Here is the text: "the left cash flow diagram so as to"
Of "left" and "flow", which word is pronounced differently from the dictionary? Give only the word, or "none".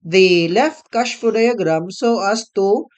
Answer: flow